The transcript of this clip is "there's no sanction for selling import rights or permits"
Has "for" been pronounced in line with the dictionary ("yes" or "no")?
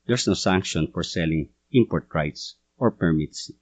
yes